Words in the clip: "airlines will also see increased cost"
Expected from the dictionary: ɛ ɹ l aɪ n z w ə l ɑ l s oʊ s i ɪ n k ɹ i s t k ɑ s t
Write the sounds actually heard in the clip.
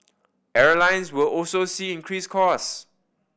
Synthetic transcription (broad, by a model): ɛ ɹ l aɪ n s w ə l ɑ l s oʊ s i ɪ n k ɹ i s k ɑ s